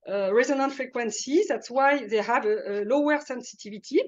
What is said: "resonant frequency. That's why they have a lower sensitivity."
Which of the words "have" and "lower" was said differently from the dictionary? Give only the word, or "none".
none